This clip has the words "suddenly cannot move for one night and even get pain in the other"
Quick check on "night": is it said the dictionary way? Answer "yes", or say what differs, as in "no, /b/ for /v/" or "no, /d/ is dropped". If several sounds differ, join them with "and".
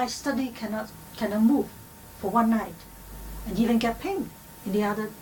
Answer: yes